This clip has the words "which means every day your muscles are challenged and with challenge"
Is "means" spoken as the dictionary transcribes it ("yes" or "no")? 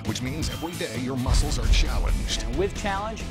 yes